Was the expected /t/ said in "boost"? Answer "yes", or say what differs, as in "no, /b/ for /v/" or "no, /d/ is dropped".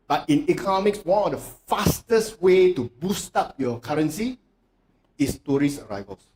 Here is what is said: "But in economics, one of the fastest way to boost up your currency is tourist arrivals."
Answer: yes